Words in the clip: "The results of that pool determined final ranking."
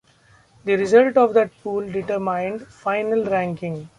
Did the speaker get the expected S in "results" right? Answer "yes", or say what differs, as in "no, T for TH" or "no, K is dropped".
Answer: no, S is dropped